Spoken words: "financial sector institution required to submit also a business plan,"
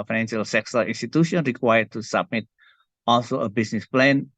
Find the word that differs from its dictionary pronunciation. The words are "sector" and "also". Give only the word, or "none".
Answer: sector